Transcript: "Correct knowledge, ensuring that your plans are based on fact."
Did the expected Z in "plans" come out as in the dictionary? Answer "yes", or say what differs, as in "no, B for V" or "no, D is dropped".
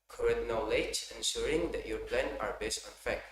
no, Z is dropped